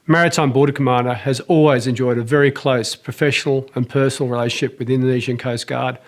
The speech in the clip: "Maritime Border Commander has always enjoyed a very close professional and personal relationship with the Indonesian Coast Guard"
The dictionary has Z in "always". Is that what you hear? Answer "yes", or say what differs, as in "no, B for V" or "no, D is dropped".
yes